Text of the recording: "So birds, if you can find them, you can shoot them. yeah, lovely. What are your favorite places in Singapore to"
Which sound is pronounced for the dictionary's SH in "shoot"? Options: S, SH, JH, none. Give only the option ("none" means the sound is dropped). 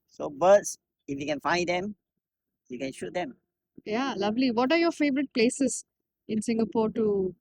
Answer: SH